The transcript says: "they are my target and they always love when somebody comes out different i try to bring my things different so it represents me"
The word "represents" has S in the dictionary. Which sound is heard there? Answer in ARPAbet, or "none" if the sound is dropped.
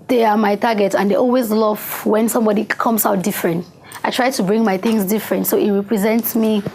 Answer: S